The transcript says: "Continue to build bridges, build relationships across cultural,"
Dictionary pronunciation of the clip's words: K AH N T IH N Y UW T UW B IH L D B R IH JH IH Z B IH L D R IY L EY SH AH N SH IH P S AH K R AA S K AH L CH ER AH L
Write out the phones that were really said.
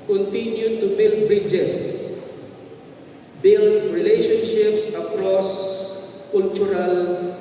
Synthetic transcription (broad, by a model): K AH N T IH N Y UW T UW B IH L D B R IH JH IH S B IH L D R IY L EY SH AH N SH IH P S AH K R AA S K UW L CH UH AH L